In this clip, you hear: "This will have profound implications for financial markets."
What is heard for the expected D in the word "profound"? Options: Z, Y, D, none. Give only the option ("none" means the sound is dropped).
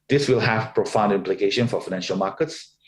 D